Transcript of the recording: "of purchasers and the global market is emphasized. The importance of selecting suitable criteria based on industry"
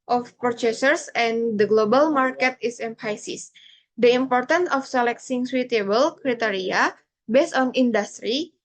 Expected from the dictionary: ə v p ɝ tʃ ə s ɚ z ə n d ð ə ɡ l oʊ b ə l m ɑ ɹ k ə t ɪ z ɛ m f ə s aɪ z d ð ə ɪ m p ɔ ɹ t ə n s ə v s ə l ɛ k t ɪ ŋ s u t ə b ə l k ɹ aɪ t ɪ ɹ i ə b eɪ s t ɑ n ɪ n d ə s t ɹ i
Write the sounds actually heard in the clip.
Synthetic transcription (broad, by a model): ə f p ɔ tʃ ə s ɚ s ə n d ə ɡ l oʊ b ə l m ɑ ɹ k ə t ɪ s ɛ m p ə s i s d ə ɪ m p ɔ ɹ t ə n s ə f s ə l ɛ k s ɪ ŋ s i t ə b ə l k ɹ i t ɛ ɹ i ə b eɪ s t ɑ n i n d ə s t ɹ i